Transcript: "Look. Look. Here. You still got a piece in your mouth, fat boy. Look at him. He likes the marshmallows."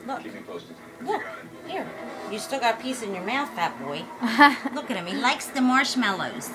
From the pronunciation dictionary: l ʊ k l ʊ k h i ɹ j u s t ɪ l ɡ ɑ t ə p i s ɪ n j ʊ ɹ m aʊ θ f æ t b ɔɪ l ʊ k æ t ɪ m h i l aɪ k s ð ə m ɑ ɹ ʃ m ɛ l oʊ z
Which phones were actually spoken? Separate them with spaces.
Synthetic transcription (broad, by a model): l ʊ k l ʊ k h i ɹ j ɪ s t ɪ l ɡ ɑ t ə p i s ɪ n j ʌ ɹ m aʊ θ p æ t b ɔɪ l ʊ k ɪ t ɪ m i l aɪ k s ð ə m ɑ ɹ ʃ m ɛ l oʊ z